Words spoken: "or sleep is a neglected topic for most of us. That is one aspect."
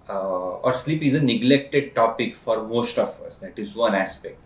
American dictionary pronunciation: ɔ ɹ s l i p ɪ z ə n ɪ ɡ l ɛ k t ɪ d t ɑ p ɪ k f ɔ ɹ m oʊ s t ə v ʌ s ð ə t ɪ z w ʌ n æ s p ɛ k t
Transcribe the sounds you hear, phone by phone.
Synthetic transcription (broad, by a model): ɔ ɹ s l i p ɪ z ə n ɪ ɡ l ɛ k t ɪ d t ɑ p ɪ k f ɔ ɹ m oʊ s t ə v ʌ s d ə t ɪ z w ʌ n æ s p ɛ k t